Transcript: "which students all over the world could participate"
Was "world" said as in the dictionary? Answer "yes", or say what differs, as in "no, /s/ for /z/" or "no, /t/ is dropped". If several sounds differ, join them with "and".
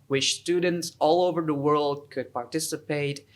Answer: yes